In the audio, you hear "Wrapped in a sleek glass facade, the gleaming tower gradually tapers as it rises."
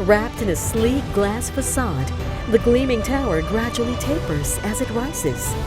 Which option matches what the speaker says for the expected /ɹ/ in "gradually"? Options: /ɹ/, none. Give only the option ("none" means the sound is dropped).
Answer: /ɹ/